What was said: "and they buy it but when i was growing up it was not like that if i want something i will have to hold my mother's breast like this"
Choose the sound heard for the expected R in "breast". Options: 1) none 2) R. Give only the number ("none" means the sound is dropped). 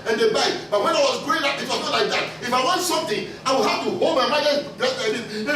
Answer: 1